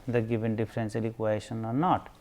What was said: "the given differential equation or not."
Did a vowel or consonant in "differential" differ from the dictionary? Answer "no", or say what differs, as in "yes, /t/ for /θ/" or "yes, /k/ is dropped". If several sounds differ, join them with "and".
yes, /s/ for /ʃ/